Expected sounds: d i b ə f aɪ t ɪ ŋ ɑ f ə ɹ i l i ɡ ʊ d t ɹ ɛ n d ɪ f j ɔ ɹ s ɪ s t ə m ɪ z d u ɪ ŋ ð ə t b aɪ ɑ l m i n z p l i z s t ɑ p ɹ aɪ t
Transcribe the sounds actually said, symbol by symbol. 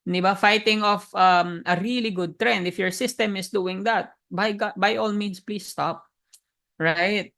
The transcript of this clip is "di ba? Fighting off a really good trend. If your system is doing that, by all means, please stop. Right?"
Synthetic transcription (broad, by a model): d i b ə f aɪ t ɪ ŋ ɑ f ə ɹ i l i ɡ ʊ d t ɹ ɛ n d ɪ f j ɔ ɹ s ɪ s t ə m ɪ s d u ɪ ŋ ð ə t b aɪ ɑ l m i n s p l i s t ɑ p ɹ aɪ t